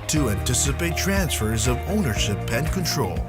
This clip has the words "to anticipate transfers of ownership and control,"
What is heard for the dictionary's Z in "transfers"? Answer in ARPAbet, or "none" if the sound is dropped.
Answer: Z